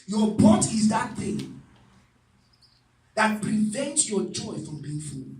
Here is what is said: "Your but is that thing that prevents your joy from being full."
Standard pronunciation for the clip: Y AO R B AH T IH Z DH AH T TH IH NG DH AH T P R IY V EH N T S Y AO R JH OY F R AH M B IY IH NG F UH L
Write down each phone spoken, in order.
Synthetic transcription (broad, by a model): Y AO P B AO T IH Z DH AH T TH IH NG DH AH T P R IY V EH N T S Y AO JH OY F R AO M B IY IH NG F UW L